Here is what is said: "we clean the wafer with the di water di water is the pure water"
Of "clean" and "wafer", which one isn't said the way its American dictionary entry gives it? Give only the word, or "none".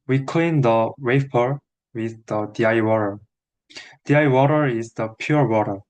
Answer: wafer